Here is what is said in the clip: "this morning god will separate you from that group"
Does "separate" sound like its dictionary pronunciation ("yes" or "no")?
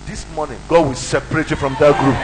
yes